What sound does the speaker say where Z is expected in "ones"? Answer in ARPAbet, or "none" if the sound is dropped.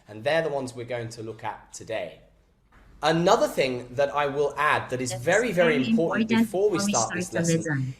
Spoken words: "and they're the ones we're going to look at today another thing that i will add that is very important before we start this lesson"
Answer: Z